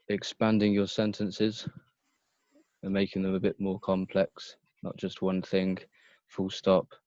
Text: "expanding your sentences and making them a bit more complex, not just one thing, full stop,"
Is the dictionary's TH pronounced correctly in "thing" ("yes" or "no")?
yes